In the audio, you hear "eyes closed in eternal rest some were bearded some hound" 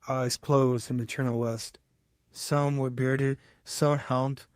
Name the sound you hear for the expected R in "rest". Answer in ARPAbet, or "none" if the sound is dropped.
W